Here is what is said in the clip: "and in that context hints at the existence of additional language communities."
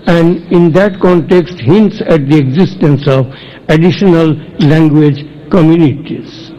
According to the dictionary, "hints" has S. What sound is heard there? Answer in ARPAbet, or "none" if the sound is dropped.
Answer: S